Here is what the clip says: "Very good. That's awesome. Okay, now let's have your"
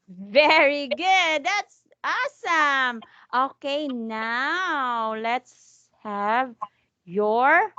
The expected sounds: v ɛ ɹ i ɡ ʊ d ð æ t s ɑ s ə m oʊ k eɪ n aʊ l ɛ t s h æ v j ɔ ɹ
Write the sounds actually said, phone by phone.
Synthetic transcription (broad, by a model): v ɛ ɹ i ɡ ʊ d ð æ t s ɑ s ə m oʊ k eɪ n aʊ l ɛ t s h æ v j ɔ ɹ